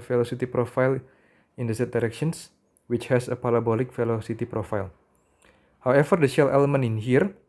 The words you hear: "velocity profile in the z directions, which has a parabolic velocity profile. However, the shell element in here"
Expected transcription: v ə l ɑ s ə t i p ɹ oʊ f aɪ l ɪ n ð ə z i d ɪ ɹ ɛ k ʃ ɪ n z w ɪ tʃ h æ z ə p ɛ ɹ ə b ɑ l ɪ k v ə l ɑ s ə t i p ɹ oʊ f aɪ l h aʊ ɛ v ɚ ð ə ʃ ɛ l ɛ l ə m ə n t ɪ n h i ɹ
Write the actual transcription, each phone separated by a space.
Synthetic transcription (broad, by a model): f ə l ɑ s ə t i p ɹ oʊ f aɪ l ɪ n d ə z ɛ d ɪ ɹ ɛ k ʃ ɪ n s w ɪ tʃ h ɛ s ə p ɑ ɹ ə b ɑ l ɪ k f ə l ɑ s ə t i p ɹ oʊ f aɪ l h aʊ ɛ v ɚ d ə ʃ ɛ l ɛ l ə m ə n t ɪ n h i ɹ